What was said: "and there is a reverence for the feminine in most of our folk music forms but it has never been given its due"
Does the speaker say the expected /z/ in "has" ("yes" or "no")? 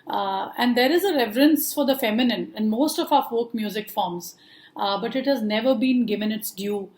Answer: yes